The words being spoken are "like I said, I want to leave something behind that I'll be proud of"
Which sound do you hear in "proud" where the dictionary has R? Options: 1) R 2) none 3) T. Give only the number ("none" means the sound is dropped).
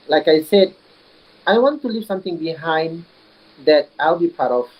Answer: 2